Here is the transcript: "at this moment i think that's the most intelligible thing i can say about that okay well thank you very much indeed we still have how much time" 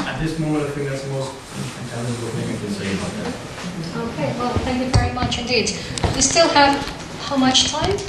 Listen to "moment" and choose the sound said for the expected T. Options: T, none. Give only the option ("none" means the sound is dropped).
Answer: none